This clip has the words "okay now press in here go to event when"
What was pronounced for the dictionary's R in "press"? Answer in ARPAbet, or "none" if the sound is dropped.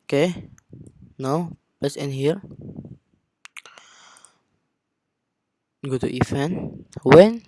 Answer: L